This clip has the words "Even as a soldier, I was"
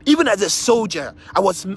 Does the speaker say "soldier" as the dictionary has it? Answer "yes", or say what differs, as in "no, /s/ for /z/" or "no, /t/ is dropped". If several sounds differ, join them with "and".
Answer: yes